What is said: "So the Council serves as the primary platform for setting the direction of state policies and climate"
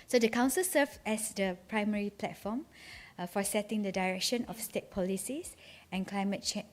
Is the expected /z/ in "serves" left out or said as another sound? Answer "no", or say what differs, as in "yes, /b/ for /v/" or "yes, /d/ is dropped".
yes, /z/ is dropped